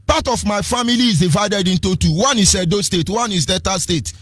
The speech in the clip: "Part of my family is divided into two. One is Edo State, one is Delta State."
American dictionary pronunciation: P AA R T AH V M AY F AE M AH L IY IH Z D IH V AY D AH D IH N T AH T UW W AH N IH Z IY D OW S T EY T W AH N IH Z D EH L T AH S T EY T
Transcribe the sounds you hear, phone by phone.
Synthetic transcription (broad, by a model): P AA T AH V M AY F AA M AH L IY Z D IH V AY D AH D IH N T AH T UW W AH N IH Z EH D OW S T EY T W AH N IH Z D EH T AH S T EY T